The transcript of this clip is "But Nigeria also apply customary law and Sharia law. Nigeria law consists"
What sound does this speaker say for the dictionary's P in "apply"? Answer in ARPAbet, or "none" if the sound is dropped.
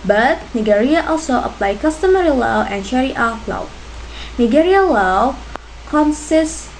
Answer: P